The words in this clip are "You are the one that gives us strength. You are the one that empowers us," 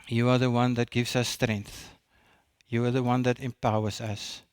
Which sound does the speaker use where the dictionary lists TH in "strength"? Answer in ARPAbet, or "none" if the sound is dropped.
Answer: TH